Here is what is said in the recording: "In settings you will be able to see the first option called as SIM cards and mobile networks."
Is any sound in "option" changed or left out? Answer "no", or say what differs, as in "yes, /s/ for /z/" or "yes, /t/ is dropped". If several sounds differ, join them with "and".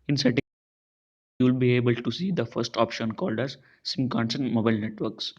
no